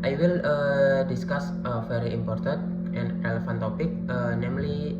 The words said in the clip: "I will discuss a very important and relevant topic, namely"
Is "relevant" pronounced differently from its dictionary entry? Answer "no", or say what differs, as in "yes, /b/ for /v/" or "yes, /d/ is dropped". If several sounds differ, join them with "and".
yes, /f/ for /v/